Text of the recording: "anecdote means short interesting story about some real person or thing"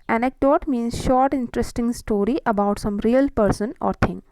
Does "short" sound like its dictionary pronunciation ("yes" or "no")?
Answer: yes